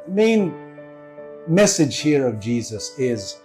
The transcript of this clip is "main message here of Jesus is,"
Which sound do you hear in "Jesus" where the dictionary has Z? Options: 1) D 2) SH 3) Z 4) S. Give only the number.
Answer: 3